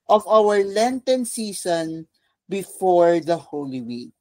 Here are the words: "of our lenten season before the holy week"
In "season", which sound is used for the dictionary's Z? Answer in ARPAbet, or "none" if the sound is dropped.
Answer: S